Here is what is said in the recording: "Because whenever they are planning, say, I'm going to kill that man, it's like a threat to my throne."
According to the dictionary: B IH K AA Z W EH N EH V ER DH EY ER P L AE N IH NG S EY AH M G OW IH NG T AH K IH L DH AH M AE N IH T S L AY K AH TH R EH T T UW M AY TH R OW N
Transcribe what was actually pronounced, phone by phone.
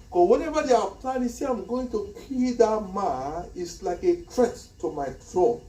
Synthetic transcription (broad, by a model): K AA W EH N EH V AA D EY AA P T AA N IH S EY AH M G OW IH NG T AH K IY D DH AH M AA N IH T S L AY K AH T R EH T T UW M AY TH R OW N